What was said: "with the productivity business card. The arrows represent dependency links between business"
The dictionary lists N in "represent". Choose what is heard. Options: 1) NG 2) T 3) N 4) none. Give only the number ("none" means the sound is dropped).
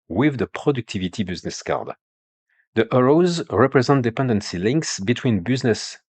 3